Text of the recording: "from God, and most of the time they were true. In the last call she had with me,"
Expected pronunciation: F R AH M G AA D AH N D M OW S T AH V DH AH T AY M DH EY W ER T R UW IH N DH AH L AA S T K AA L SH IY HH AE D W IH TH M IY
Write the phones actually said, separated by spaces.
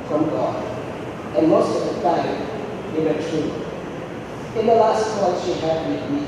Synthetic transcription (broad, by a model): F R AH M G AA AH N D M OW S T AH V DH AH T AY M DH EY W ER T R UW IH N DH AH L AA S T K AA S SH IY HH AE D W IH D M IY